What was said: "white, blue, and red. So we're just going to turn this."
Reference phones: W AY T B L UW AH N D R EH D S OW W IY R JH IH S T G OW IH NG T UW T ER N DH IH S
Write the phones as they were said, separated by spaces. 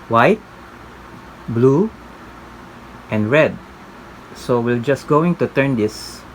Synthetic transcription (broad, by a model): W AY T B L UW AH N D R EH D S OW W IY L JH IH S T G OW IH NG T UW T ER N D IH S